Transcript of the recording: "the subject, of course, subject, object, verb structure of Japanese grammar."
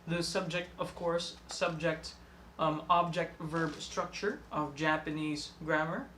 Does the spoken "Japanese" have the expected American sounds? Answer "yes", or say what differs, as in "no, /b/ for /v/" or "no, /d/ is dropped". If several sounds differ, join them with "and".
yes